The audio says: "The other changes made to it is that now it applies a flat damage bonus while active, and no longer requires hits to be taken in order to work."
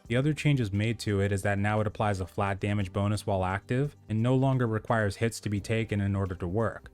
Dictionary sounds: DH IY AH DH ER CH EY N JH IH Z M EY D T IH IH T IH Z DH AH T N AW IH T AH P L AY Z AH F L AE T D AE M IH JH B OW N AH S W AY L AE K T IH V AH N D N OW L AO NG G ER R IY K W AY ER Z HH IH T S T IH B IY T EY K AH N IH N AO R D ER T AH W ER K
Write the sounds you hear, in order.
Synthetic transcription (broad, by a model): DH IY AH DH ER CH EY N JH IH Z M EY D T IH IH T IH Z DH AH T N AW IH T AH P L AY Z AH F L AE T D AE M IH JH B OW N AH S W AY L AE K T IH V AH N N OW L AO NG G ER R IY K W AY ER Z HH IH T S T IH B IY T EY K AH N IH N AO R D ER T AH W ER K